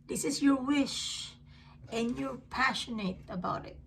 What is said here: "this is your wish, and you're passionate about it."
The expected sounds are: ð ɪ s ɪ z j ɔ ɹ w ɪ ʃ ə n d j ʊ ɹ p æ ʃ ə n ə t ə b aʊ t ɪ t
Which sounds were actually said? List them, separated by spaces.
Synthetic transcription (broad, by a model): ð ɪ s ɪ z j ɔ ɹ w ɪ ʃ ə n j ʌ ɹ p æ ʃ ə n ə t ə b aʊ t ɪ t